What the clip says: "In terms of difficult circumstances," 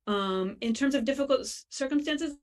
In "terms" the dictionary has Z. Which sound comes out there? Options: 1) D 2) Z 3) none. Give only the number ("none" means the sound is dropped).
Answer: 2